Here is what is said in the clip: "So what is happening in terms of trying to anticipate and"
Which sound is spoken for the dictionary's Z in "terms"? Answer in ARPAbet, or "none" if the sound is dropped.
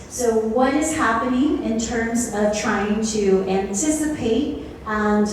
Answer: Z